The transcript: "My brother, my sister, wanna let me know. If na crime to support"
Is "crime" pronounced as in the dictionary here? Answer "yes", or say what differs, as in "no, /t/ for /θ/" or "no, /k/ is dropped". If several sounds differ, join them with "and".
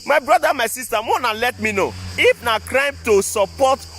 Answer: yes